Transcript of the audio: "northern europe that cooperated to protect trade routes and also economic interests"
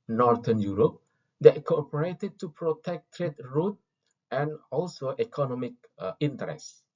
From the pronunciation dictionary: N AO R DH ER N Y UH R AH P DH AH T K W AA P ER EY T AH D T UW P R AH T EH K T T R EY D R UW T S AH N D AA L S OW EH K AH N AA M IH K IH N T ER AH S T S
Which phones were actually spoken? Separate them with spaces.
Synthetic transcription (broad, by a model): N AO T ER N Y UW R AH P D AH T K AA P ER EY T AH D T UW P R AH T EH K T T R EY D R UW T AH N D AA L S OW EH K AH N AA M IH K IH N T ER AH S S